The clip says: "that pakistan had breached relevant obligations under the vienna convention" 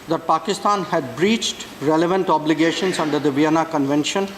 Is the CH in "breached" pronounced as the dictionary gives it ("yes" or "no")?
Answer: yes